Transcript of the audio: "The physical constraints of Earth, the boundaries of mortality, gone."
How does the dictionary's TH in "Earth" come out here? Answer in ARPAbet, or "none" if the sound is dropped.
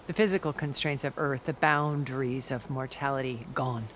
TH